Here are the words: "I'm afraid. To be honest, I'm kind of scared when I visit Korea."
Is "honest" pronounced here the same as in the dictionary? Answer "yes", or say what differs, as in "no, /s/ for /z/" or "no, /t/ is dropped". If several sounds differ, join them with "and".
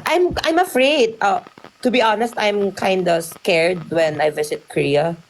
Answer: yes